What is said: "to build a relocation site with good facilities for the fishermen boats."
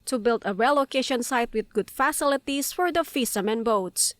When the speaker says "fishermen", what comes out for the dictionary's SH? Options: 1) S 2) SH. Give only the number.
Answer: 1